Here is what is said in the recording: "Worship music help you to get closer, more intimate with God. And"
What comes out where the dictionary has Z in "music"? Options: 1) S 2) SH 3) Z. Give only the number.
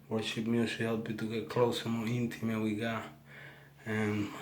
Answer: 1